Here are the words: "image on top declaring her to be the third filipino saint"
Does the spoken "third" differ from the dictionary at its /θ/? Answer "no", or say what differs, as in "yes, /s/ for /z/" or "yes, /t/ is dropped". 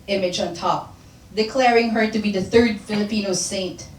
no